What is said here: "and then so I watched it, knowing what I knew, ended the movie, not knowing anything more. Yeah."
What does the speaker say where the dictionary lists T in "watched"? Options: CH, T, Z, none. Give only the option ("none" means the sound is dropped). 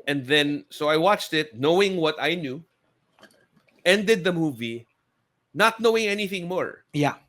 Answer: T